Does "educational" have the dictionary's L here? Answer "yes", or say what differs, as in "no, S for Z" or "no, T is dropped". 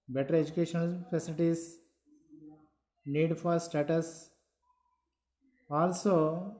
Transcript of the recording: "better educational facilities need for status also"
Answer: no, N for L